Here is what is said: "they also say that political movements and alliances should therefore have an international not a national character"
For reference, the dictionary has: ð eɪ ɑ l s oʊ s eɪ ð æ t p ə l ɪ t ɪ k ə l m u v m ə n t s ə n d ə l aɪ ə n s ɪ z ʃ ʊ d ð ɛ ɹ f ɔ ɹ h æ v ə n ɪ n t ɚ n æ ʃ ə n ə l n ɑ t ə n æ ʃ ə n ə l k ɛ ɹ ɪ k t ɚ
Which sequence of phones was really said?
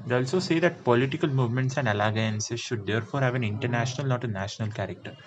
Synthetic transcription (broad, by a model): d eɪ ɑ l s oʊ s eɪ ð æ t p ə l ɪ t ɪ k ə l m u v m ə n t s ə n d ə l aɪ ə n s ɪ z ʃ ʊ d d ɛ ɹ f ɔ ɹ h æ v ə n ɪ n t ɚ n æ ʃ ə n ə l n ɑ t ə n æ ʃ ə n ə l k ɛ ɹ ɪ k t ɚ